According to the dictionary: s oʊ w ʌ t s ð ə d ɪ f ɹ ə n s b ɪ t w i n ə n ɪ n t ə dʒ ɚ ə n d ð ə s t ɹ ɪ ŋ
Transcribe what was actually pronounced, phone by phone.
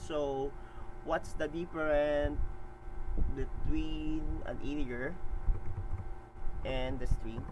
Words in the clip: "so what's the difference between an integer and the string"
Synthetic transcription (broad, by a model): s oʊ w ʌ t s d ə d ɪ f ɹ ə n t b ɪ t w i n ə n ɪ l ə ɚ ə n d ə s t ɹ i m